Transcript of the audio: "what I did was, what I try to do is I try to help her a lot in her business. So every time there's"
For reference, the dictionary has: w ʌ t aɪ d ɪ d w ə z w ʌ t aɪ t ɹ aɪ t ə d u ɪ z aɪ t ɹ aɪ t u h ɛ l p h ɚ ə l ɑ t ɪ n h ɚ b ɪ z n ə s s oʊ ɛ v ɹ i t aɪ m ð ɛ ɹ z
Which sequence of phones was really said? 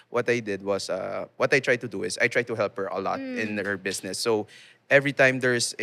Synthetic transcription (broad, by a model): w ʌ t aɪ d ɪ d w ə s w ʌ t aɪ t ɹ aɪ t ə d u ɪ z aɪ t ɹ aɪ t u h ɛ l p h ɚ ə l ɑ t ɪ n h ɚ b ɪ s n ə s s oʊ ɛ v ɹ i t aɪ m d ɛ ɹ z